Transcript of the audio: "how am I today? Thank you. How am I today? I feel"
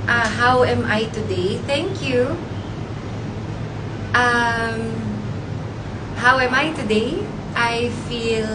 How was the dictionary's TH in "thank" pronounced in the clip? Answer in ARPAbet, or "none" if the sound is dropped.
TH